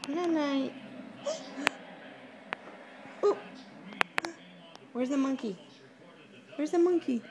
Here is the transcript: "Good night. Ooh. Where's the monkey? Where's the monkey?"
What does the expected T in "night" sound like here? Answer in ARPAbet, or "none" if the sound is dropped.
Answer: none